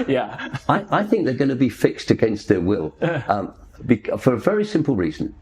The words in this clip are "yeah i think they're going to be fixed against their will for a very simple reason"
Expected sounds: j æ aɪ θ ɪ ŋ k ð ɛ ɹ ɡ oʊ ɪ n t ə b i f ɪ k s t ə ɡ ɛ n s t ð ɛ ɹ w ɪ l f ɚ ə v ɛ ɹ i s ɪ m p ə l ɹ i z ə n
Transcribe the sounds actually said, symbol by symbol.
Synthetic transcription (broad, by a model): j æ aɪ θ ɪ ŋ k ð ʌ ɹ ɡ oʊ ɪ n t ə b i f ɪ k s t ə ɡ ɛ n s t ð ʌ ɹ w ɪ l f ɚ ə v ɛ ɹ i s ɪ m p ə l ɹ i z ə n